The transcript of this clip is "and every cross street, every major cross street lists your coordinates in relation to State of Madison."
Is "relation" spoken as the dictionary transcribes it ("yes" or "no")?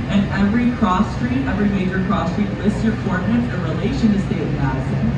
yes